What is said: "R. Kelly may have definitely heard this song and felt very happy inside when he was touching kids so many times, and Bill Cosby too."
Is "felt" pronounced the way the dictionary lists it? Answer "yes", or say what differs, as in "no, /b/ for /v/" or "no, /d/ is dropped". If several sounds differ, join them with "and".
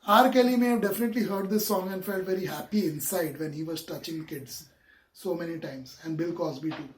yes